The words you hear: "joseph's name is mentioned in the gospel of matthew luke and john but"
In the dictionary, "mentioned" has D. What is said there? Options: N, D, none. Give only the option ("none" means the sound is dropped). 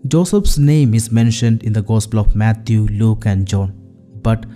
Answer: D